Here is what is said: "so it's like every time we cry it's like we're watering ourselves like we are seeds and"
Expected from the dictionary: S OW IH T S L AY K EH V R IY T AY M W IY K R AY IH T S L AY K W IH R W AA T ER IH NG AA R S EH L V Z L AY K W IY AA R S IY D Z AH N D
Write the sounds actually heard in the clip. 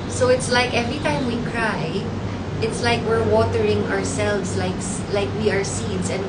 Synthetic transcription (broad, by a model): S OW IH T S L AY K EH V R IY T AY M W IY K R AY IH T S L AY K W IH R W AA T ER IH NG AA R S EH L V S L AY K W IY AA R S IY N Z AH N